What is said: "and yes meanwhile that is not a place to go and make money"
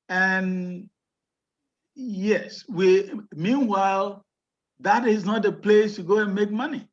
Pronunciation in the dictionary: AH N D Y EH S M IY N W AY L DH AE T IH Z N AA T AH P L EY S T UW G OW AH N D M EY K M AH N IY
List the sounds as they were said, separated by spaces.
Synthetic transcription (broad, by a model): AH N Y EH S M IY N W AY L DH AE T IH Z N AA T AH P L EY S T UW G OW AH N M EY K M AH N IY